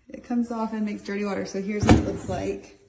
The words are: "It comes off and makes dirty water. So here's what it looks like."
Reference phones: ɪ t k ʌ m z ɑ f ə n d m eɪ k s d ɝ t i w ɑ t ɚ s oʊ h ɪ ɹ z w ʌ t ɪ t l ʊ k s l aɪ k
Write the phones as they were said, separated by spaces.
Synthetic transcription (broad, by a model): ɪ t k ʌ m z ɑ f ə n m eɪ k s d ɝ t i w ɑ t ɚ s oʊ h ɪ ɹ z w ʌ t ɪ t l ʊ k s l aɪ k